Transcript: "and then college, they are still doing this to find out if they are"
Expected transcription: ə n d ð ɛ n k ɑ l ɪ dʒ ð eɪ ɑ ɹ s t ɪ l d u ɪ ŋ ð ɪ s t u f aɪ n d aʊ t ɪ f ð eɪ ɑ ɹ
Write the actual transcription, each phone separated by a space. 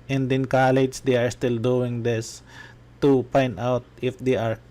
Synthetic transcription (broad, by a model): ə n d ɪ n k ɑ l ɪ dʒ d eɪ ɑ ɹ s t ɪ l d u ɪ ŋ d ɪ s t u p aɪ n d aʊ t ɪ f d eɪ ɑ ɹ